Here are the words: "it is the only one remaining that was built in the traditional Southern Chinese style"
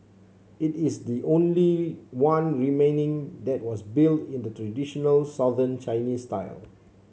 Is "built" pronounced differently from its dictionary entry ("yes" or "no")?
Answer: no